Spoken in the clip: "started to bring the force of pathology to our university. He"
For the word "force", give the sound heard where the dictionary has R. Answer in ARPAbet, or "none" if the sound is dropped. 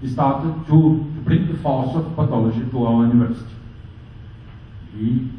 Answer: L